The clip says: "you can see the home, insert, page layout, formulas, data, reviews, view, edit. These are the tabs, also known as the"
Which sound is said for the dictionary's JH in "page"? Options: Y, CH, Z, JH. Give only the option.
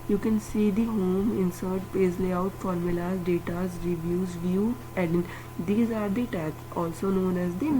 Z